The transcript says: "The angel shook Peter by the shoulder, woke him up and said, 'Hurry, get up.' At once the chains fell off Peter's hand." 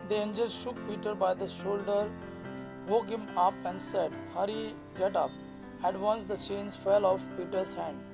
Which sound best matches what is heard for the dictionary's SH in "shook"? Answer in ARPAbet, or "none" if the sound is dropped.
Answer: SH